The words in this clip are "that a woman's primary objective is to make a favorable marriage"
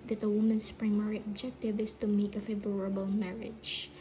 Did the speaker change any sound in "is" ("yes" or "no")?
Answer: yes